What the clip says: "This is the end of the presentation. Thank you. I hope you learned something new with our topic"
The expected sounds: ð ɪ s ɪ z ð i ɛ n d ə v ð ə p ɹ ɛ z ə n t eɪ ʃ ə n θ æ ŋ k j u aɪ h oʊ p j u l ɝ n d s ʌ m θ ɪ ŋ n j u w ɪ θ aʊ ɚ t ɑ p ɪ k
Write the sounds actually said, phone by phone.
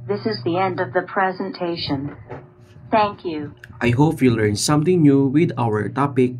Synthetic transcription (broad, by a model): ð ɪ s ɪ z ð i ɛ n d ə v ð ə p ɹ ɛ z ə n t eɪ ʃ ə n θ æ ŋ k j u aɪ h oʊ p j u l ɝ n s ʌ m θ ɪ ŋ n j u w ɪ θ aʊ ɚ t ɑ p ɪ k